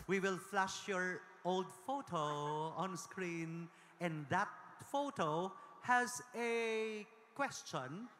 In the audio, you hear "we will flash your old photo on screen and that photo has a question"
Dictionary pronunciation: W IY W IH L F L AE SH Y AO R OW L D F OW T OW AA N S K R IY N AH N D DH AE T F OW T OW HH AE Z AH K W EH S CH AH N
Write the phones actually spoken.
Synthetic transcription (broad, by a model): W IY W IH L F L AE SH Y AO R OW L D F OW T OW AA N S K R IY N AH N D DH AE T F OW T OW HH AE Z AH K W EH S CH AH N